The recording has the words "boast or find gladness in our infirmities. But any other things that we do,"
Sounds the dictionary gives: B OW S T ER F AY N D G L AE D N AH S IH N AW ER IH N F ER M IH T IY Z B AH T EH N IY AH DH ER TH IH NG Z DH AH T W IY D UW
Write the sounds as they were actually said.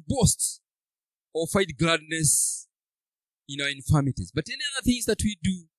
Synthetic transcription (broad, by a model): B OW S T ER F AY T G L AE D N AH S IH N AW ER IH N F ER M IH T IY Z B AH T EH N IY AH DH ER TH IH NG Z DH AH T W IY D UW